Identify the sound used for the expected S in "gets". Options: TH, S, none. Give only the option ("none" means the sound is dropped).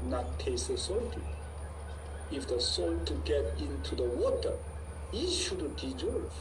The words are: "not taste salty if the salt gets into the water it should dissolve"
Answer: none